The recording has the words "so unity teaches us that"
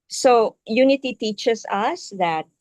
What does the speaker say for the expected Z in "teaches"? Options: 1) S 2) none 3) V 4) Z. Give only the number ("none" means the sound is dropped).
1